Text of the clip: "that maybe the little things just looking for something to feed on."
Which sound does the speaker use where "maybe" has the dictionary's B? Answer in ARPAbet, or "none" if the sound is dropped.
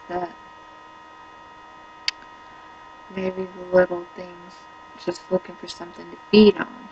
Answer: none